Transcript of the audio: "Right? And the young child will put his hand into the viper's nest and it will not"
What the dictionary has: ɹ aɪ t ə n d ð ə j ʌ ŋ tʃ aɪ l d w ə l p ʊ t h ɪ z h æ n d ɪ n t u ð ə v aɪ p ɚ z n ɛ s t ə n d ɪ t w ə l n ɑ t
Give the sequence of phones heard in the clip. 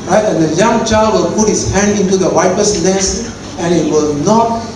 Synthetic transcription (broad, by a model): ɹ aɪ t ə n d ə j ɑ ŋ tʃ aɪ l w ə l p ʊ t h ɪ s h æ n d ɪ n t u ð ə w aɪ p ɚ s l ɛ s ə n ɪ t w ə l n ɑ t